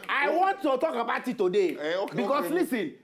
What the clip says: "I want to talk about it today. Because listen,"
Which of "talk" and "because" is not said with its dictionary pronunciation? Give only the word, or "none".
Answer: because